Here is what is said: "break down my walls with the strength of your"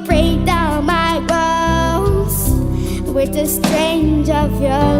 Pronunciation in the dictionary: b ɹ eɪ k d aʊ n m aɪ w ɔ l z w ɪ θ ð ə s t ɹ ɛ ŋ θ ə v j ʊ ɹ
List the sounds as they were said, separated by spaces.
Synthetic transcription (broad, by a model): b ɹ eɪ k d aʊ n m aɪ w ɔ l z w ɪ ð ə s t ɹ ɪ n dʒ ə v j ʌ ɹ